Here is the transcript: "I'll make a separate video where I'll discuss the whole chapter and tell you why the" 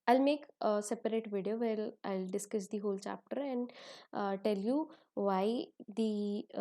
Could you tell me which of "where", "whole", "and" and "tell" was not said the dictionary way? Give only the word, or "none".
where